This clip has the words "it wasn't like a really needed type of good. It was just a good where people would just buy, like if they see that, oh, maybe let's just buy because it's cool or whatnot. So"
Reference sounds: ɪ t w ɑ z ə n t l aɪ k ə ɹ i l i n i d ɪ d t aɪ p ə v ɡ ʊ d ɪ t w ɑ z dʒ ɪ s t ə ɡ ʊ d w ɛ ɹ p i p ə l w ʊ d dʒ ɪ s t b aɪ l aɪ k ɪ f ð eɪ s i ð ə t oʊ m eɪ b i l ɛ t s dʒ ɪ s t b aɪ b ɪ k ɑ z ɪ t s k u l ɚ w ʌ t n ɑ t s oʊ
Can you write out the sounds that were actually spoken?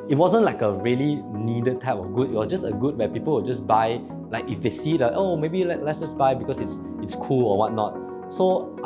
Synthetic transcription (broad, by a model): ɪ t w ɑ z ə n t l aɪ k ə ɹ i l i n i d ɪ d t aɪ p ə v ɡ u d ɪ t w ɑ s dʒ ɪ s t ə ɡ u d w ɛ p i p ə l w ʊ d dʒ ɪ s b aɪ l aɪ k ɪ f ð eɪ s i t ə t oʊ m eɪ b i l ɛ t s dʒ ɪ s b aɪ b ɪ k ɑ s ɪ t s k u l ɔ w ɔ t n ɑ t s oʊ